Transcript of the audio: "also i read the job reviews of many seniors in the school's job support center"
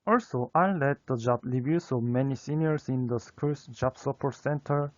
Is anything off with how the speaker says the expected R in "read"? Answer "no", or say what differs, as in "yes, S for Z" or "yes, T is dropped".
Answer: yes, L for R